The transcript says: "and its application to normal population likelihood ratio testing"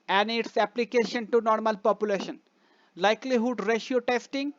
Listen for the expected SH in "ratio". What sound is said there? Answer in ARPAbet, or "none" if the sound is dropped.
SH